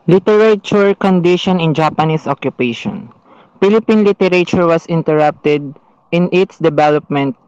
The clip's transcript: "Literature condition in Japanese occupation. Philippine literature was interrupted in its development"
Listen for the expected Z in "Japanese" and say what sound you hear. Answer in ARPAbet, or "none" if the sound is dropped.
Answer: S